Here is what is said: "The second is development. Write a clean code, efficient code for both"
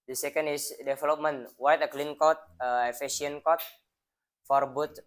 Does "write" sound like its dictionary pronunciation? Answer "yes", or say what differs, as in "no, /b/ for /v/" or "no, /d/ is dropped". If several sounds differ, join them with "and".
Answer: no, /w/ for /ɹ/